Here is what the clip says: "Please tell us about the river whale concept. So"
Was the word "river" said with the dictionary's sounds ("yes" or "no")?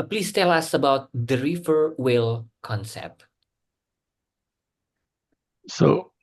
no